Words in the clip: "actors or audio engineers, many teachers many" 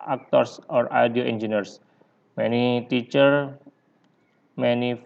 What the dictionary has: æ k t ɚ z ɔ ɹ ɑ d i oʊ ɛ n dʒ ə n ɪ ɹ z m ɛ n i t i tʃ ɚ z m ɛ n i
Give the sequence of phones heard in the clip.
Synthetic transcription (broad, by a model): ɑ k t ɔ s ɔ ɹ ɑ d i oʊ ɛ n dʒ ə n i ɹ s m ɛ n i t i tʃ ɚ m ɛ n i